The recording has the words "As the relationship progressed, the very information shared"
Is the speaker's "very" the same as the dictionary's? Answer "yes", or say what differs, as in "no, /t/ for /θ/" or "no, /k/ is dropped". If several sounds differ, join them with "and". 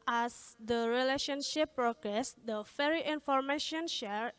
no, /f/ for /v/